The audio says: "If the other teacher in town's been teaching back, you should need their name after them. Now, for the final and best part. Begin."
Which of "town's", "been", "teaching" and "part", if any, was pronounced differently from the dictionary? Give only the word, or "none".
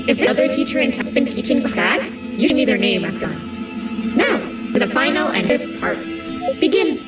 town's